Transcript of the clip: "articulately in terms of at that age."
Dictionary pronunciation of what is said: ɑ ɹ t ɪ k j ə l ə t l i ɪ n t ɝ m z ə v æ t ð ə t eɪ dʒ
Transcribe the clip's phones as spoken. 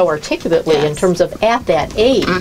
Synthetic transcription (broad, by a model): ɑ ɹ t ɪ k j l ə t l i ɪ n t ɝ m z ə v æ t ð ə t eɪ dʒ